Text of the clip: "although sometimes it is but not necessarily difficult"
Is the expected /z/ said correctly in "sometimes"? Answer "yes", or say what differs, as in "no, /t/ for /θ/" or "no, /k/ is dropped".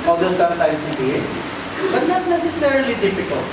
no, /s/ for /z/